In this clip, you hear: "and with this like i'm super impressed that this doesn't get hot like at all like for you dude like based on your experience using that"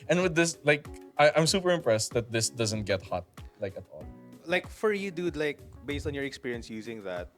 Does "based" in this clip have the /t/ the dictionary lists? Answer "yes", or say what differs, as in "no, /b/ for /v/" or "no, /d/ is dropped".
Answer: yes